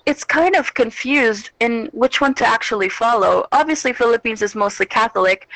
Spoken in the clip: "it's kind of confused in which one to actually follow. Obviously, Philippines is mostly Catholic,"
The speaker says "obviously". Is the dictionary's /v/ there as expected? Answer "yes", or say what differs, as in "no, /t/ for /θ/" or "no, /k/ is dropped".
yes